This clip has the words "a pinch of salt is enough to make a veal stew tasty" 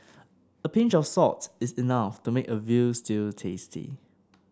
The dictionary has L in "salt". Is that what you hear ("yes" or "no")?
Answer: no